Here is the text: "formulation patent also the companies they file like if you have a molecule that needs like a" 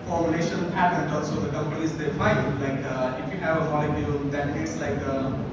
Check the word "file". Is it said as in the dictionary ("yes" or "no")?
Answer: no